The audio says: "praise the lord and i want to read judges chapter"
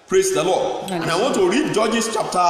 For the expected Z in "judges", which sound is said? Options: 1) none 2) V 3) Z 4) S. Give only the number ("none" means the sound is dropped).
4